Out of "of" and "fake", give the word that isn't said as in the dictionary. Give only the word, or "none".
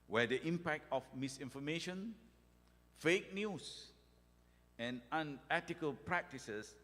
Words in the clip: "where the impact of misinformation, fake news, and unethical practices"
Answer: of